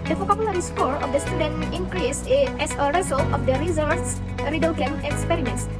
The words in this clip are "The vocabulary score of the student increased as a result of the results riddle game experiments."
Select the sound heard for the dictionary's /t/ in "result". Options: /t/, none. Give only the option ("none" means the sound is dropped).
none